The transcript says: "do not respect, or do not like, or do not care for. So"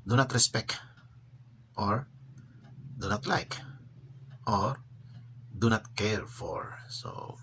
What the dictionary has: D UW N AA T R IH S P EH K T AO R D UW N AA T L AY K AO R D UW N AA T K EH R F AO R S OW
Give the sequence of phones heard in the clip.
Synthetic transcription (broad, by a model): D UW N AA T R IH S P EH K T AO R D UW N AA T L AY K AO R D UW N AA T K EH R F AO R S OW